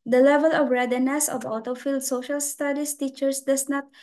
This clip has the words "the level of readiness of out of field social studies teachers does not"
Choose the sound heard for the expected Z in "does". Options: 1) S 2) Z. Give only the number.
1